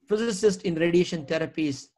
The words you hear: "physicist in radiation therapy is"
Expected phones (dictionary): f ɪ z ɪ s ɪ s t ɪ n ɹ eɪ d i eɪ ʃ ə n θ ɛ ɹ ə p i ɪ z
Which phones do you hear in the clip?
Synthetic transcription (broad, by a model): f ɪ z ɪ s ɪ s t ɪ n ɹ eɪ d i eɪ ʃ ə n t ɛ ɹ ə p i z